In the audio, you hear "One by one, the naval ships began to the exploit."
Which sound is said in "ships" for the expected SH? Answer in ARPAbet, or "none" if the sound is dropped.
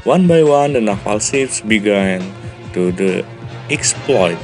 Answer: S